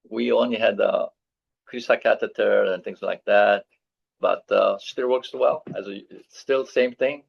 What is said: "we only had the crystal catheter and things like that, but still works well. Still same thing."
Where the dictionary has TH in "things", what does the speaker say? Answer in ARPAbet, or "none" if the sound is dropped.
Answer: TH